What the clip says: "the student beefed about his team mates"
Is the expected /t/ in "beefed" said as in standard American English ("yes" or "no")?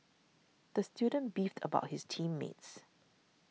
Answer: yes